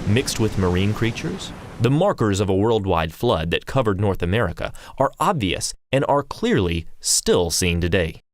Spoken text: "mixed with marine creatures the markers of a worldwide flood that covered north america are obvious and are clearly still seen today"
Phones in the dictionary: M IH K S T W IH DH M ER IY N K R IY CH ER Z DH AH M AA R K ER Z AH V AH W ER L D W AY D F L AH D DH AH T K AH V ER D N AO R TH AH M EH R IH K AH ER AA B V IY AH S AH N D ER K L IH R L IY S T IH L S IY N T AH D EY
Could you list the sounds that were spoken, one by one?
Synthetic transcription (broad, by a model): M IH K S T W IH DH M ER IY N K R IY CH ER Z DH AH M AA R K ER Z AH V AH W ER L D W AY D F L AH D DH AH T K AH V ER D N AO R TH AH M EH R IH K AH ER AA B V IY AH S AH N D ER K L IH R L IY S T IH L S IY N T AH D EY